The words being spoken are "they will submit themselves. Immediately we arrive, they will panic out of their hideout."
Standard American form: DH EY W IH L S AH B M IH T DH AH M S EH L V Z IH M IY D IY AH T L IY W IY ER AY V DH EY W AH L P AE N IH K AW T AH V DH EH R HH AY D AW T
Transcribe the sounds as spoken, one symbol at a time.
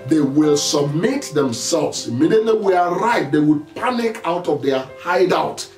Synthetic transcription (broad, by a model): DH EY W IH L S AH B M IH T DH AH M S EH L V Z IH M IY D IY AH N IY W IY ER AY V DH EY W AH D P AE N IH K AW T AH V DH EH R HH AY D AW T